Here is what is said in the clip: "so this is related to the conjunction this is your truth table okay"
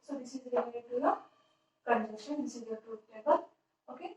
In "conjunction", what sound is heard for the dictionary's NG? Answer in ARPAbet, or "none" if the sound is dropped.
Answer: none